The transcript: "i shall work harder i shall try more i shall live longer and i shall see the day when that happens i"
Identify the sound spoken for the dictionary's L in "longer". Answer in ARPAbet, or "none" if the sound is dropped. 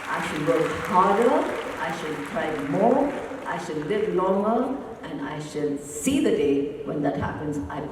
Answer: N